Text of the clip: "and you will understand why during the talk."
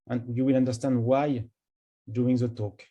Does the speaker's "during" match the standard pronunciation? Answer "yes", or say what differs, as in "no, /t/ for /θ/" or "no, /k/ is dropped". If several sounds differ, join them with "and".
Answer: no, /ɹ/ is dropped